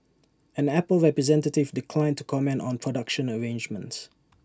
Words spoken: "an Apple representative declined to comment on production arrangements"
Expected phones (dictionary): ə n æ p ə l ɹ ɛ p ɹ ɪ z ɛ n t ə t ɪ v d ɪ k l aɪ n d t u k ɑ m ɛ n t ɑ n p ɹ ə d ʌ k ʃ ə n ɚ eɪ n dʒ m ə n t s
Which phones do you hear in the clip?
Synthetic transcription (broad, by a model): ə n æ p ə l ɹ ɛ p ɹ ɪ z ɛ n t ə t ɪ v d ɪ k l aɪ n t u k ɑ m ɛ n t ɑ n p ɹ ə d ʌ k ʃ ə n ɚ eɪ n dʒ m ə n t s